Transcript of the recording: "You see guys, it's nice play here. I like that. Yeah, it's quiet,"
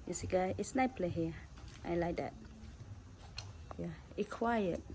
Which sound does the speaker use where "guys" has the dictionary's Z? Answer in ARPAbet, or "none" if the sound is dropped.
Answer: none